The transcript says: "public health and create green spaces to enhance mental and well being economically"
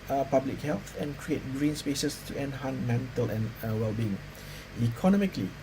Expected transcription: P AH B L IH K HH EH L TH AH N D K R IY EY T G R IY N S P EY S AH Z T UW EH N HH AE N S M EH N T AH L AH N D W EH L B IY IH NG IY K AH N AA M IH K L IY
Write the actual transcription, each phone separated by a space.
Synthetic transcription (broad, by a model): P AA B L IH K HH EH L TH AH N K R IY EY T G R IY N S P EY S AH S T UW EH N HH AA N M EH N T AH L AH N W EH L B IY IH NG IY K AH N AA M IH K L IY